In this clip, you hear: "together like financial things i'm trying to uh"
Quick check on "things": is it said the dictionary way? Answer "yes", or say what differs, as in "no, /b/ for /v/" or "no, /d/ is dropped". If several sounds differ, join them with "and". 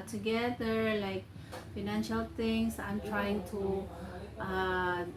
no, /t/ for /θ/ and /s/ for /z/